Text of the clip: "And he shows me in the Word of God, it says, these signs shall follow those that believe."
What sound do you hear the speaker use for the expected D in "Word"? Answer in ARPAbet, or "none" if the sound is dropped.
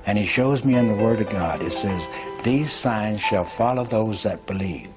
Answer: D